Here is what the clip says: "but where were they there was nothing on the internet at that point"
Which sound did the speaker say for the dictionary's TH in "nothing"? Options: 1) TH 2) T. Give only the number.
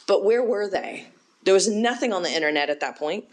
1